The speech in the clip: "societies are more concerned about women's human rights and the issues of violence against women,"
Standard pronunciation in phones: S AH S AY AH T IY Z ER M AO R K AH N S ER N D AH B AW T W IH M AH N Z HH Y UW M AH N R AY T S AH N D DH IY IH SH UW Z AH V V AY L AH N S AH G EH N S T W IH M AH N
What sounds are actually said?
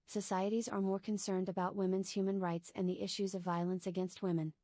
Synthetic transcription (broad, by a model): S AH S AY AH T IY Z ER M AO R K AH N S ER N D AH B AW T W IH M AH N Z HH Y UW M AH N R AY T S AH N DH IY IH SH UW Z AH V V AY L AH N S AH G EH N S T W IH M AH N